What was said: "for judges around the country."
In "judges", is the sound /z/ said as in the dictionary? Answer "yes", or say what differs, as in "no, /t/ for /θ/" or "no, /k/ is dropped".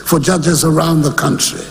yes